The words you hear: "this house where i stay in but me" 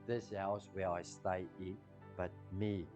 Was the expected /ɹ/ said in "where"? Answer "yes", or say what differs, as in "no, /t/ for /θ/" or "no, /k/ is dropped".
no, /l/ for /ɹ/